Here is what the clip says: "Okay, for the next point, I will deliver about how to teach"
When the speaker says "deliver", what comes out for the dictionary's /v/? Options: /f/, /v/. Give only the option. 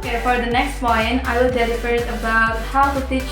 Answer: /f/